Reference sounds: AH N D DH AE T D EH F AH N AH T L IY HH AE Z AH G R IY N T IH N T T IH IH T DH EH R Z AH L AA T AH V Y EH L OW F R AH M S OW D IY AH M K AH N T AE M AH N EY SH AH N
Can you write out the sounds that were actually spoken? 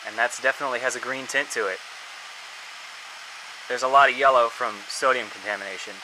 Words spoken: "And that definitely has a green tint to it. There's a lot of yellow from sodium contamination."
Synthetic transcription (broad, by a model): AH N DH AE T D EH F AH N AH T L IY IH Z AH G R IY N T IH N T T IH IH T DH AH R Z AH L AA T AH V Y EH L OW F R AH M S OW D IY AH M K N T AE M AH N EY SH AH N